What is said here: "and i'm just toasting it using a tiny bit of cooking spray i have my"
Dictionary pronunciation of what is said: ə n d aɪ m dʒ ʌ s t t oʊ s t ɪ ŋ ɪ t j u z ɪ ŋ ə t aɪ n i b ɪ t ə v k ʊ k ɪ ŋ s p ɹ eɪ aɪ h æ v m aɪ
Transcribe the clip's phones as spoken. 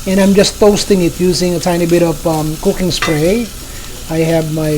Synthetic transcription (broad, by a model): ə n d aɪ m dʒ ʌ s t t oʊ s t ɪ ŋ ɪ t j u z ɪ ŋ ə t aɪ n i b ɪ t ə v k ʊ k ɪ ŋ s p ɹ eɪ aɪ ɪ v m aɪ